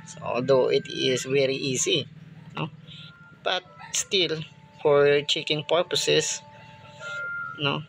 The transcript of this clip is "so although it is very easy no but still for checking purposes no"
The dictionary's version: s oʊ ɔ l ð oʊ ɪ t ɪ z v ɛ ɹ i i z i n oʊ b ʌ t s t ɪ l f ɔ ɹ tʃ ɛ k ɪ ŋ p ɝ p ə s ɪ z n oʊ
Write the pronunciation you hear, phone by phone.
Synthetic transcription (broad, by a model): s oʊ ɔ l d oʊ ɪ t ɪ s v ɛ ɹ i i s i n oʊ b ʌ t s t ɪ l f ɔ ɹ tʃ ɛ k ɪ ŋ p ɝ p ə s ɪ s n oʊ